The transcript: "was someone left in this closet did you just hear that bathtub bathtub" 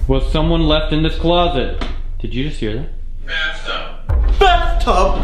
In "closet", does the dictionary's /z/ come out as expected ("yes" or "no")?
yes